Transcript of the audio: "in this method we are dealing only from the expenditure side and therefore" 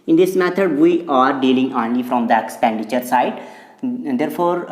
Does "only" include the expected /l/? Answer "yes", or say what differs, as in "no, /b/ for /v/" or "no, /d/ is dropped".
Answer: yes